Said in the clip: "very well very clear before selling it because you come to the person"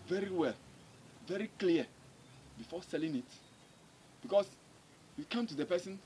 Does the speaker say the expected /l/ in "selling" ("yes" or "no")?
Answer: yes